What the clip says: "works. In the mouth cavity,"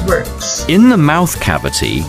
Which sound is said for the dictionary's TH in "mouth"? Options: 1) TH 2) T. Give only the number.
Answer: 1